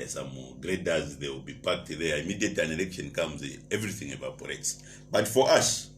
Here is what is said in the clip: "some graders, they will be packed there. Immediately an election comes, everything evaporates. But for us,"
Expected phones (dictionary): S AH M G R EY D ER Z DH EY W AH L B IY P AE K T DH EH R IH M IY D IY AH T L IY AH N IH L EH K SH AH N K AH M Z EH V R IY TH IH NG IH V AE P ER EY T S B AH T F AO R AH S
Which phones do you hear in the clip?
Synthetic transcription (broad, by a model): S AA M G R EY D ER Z DH EY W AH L B IY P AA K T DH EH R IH M IY D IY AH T IY N IH L EH K SH AH N K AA M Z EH V R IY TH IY NG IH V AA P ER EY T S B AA T F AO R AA S